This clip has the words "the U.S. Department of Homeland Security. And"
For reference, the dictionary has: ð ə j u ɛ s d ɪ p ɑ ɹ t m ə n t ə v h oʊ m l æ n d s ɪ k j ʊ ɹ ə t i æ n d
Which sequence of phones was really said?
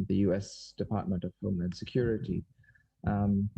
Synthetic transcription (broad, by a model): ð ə j u ɛ s d ɪ p ɑ ɹ t m ə n t ə v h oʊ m æ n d s ɪ k j ʊ ɹ ə t i